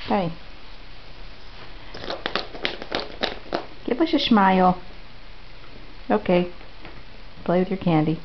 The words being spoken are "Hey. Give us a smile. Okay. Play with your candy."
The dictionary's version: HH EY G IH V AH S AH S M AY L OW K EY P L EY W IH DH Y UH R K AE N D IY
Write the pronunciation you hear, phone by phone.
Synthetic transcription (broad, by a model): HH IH G IH V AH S AH SH M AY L OW K EY P L EY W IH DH Y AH R K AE N D IY